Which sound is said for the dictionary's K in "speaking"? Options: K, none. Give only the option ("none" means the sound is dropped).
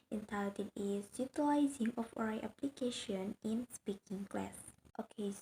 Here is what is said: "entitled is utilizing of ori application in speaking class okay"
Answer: K